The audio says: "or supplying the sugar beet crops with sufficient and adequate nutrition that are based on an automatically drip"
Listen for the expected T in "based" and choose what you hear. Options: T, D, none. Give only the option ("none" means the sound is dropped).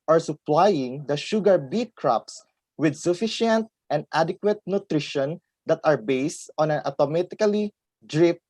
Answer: T